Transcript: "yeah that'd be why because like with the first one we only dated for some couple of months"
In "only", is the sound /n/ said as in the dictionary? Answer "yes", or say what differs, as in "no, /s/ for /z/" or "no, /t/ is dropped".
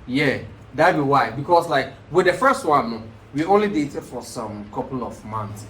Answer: yes